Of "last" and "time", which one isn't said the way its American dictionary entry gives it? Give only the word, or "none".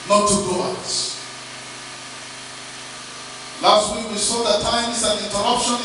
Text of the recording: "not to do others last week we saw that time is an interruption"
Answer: none